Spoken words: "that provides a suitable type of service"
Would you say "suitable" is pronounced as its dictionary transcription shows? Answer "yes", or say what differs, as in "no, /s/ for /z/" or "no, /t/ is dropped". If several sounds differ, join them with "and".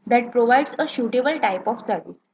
no, /ʃ/ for /s/